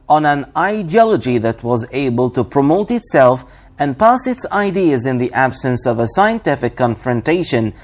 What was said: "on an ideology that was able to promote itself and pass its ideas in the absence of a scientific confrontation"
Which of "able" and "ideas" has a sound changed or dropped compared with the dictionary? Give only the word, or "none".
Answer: none